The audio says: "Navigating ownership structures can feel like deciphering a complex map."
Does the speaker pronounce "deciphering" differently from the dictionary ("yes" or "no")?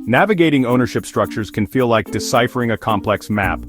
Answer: no